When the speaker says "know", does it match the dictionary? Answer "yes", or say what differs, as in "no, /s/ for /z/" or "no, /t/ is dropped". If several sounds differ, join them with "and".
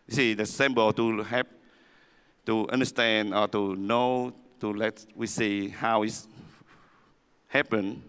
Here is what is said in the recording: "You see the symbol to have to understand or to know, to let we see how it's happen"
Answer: yes